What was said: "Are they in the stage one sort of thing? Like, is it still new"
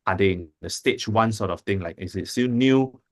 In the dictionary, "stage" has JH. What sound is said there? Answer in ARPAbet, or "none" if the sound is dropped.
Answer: CH